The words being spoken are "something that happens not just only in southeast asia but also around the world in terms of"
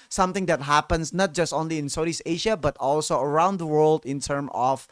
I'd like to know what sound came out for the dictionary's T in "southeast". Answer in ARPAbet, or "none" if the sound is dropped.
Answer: none